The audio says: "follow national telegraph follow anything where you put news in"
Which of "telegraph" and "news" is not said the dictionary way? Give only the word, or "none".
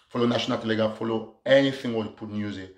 telegraph